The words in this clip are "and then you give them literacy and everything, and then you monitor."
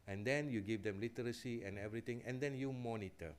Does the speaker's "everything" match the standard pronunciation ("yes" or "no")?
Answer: no